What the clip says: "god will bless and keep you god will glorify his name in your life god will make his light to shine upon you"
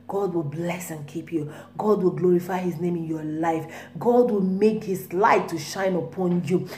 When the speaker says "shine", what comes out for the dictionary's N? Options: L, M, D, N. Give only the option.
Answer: N